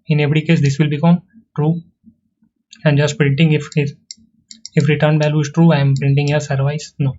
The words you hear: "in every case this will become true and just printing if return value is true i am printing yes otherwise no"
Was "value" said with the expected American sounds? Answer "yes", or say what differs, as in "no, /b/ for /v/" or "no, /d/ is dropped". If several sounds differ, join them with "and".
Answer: no, /b/ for /v/